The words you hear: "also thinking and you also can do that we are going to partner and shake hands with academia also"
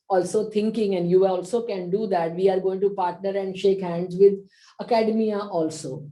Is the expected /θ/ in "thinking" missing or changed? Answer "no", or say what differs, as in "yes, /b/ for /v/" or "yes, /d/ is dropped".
yes, /t/ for /θ/